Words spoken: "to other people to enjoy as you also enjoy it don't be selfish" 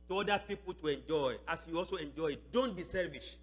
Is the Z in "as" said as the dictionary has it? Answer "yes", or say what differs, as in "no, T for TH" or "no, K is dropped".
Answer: no, S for Z